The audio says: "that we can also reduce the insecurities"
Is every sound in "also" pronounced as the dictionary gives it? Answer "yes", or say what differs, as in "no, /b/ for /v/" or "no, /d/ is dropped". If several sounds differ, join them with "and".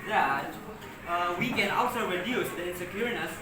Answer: yes